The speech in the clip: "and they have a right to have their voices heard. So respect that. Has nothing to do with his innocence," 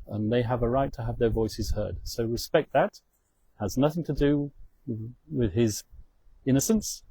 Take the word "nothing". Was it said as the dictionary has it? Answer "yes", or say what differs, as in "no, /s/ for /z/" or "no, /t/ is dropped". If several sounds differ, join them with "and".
yes